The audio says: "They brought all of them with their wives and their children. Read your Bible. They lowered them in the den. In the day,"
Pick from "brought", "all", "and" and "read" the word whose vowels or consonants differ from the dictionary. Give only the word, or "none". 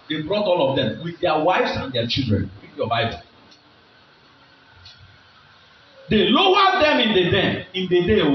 read